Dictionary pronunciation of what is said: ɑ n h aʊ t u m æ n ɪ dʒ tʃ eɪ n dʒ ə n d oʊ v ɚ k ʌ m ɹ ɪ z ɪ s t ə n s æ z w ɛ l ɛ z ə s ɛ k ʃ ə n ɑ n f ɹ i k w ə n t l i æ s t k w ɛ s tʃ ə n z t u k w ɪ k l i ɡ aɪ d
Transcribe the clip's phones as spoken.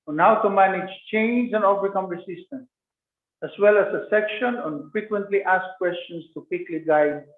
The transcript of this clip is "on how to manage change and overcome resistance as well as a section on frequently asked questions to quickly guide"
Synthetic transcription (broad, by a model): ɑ n h aʊ t u m æ n ɪ dʒ tʃ eɪ n dʒ ə n d oʊ v ɚ k ʌ m ɹ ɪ s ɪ s t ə n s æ s w ɛ l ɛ s ə s ɛ k ʃ ə n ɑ n f ɹ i k w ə n t l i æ s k k w ɛ s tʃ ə n s t u k w ɪ k l i ɡ aɪ d